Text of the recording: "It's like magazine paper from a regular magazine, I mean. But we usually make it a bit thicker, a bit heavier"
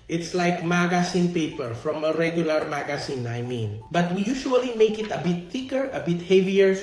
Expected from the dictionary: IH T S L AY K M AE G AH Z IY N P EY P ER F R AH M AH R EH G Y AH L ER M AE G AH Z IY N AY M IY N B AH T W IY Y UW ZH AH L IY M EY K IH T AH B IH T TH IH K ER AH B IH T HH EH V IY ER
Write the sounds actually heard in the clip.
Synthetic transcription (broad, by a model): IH T S L AY K M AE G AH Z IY N P EY P ER F R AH M AH R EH G Y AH L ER M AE G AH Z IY N AY M IY N B AH T W IY Y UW SH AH L IY M EY K IH T AH B IH T TH IH K ER AH B IH T HH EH V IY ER